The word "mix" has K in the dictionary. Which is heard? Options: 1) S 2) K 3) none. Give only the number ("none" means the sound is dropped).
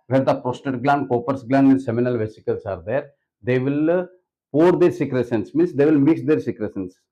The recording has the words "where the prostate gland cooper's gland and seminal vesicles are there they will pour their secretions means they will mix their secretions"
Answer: 2